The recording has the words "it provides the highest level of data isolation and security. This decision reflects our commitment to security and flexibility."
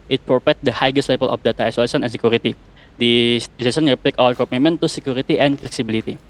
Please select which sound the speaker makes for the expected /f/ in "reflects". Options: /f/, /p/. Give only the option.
/p/